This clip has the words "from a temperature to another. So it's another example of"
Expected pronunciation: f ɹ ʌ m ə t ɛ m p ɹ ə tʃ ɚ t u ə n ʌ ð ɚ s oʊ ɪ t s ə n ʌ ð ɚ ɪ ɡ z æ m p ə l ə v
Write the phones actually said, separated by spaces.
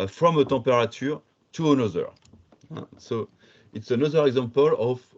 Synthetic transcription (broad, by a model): f ɹ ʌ m ə t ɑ p ɹ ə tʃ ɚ t u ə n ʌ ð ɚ s oʊ ɪ t s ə n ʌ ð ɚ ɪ ɡ z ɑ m p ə l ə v